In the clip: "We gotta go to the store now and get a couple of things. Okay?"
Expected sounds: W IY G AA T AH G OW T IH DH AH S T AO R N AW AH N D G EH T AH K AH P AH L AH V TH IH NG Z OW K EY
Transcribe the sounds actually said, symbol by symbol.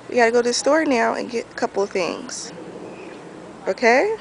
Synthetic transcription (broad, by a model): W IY G AA T AH G OW T IH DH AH S T AO R N AW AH N G EH T AH K AH P L TH IH NG Z OW K EY